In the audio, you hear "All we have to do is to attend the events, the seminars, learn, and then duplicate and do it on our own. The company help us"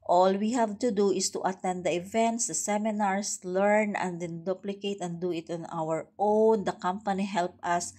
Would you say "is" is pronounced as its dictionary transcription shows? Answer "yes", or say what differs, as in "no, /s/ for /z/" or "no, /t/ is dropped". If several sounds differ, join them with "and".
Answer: no, /s/ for /z/